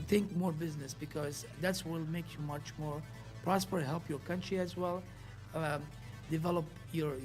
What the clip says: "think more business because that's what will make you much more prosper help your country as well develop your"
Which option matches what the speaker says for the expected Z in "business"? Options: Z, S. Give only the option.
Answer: Z